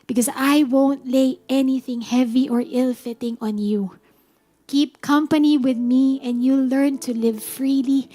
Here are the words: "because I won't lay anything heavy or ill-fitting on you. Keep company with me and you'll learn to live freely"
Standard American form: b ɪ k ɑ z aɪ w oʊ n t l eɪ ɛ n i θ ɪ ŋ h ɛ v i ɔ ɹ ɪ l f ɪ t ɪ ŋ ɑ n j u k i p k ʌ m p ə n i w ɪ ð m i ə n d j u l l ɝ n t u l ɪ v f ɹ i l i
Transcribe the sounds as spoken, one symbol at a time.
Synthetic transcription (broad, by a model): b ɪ k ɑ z aɪ w oʊ n t l eɪ ɛ n i θ ɪ ŋ h ɛ v i ɔ ɹ ɪ l f ɪ t ɪ ŋ ɑ n j u k i p k ʌ m p ə n i w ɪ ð m i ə n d j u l l ɝ n t u l ɪ v f ɹ i l i